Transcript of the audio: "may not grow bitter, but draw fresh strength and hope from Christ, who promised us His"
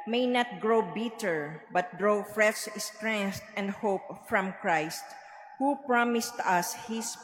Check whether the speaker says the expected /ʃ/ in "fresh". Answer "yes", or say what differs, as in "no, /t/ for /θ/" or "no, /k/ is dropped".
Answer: no, /s/ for /ʃ/